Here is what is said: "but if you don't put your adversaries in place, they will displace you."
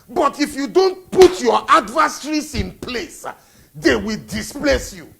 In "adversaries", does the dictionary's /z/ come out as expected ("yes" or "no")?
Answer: no